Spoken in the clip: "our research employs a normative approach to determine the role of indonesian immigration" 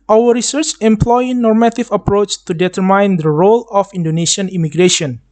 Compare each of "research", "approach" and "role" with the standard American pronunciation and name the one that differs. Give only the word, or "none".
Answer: none